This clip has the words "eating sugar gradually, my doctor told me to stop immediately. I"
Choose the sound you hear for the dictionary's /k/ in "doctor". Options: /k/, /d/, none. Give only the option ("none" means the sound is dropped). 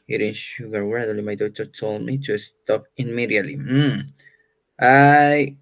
none